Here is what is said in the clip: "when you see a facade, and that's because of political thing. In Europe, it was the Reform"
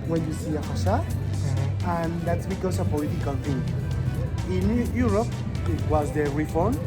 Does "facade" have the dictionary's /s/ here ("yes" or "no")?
no